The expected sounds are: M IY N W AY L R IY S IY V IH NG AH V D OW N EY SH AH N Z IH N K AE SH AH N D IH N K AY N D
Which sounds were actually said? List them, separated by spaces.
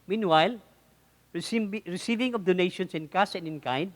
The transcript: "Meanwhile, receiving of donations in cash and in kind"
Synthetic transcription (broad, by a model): M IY N W AY L R IY S IY V IH NG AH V D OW N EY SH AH N S IH N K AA S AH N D IH N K AY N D